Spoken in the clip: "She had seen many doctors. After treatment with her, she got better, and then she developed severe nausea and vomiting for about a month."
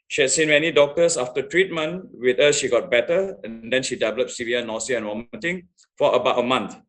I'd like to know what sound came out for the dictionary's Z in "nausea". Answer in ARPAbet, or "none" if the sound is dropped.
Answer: S